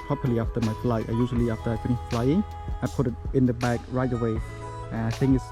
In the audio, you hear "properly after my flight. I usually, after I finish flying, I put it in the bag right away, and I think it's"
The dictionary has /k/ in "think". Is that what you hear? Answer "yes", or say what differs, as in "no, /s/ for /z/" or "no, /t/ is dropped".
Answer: no, /k/ is dropped